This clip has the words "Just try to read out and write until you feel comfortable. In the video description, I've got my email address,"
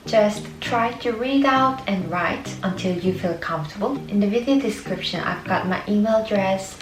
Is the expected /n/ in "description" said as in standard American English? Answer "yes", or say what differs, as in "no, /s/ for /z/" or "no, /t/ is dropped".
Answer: yes